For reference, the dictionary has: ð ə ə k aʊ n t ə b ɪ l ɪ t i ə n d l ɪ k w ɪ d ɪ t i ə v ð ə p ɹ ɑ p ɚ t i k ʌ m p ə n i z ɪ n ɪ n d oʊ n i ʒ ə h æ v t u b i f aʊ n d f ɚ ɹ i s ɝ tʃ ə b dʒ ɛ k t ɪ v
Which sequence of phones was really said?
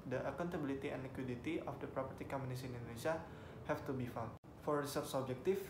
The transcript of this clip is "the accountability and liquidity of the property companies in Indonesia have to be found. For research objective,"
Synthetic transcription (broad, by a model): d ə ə k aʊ n t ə b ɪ l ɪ t i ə n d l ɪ k w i d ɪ t i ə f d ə p ɹ ɑ p ɚ t i k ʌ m ə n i s ɪ n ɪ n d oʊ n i s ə h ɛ f t u b i f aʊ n f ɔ ɹ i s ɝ s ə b dʒ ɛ k t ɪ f